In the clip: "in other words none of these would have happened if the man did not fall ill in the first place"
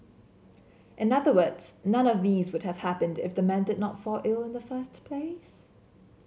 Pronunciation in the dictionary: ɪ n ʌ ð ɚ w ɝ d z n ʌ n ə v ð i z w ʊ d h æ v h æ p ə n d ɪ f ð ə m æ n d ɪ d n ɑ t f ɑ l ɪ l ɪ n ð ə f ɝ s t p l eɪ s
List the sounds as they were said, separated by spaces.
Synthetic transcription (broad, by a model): ɪ n ʌ ð ɚ w ɝ d z n ʌ n ə v ð i z w ʊ d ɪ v h æ p ə n d ɪ f ð ə m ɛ n d ɪ d n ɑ t f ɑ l ɪ l ɪ n ð ə f ɝ s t p l eɪ s